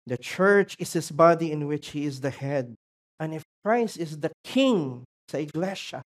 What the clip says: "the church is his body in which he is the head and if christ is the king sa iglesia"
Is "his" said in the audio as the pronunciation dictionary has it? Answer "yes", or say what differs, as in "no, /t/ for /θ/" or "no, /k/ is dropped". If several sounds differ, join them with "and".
no, /s/ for /z/